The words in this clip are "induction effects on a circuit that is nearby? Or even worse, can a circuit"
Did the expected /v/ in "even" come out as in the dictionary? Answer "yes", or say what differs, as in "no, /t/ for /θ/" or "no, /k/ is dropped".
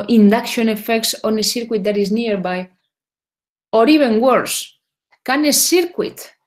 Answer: no, /b/ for /v/